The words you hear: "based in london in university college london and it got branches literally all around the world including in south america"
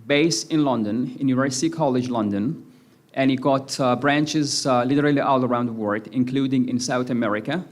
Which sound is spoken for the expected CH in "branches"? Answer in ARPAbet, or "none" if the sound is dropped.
CH